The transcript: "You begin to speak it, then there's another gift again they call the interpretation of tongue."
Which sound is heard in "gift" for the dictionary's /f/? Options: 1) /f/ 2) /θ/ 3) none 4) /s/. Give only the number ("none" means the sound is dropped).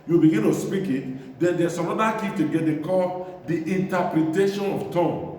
3